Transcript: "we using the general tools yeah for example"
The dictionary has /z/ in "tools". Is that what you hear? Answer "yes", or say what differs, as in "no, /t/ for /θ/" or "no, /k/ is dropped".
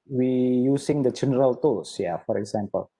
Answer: no, /s/ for /z/